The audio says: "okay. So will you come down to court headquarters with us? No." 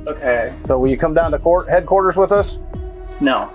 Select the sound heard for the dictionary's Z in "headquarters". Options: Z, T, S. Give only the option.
Z